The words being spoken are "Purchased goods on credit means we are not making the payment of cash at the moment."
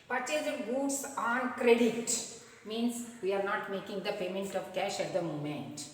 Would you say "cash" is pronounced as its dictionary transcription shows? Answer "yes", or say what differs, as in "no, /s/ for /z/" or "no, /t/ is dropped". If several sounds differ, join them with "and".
yes